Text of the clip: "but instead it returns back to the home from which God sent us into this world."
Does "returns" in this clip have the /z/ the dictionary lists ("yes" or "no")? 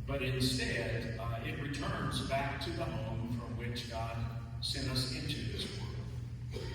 yes